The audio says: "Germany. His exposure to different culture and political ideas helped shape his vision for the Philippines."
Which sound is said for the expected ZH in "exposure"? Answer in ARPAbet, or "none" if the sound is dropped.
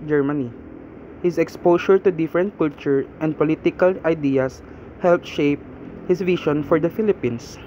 SH